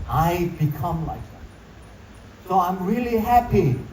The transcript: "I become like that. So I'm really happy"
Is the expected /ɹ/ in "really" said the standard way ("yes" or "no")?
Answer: yes